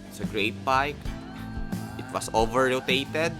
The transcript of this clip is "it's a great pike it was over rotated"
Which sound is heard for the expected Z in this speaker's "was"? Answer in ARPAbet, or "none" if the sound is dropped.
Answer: S